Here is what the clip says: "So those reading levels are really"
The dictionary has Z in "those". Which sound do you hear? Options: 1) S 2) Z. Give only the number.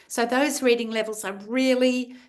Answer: 2